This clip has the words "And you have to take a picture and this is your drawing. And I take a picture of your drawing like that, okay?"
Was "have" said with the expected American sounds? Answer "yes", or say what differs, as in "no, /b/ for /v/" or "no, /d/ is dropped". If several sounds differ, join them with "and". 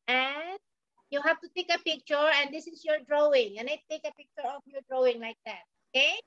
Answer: no, /f/ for /v/